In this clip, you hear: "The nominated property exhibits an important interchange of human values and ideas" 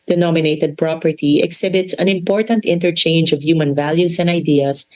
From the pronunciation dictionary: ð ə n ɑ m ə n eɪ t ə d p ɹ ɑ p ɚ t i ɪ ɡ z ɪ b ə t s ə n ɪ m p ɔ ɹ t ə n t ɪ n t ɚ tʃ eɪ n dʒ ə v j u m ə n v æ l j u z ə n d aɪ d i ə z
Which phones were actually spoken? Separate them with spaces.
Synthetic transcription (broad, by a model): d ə n ɑ m ə n eɪ t ə d p ɹ ɑ p ɚ t i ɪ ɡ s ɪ b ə t s ə n ɪ m p ɔ ɹ t ə n t ɪ n t ɚ tʃ eɪ n dʒ ə v j u m ə n v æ l j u s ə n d aɪ d i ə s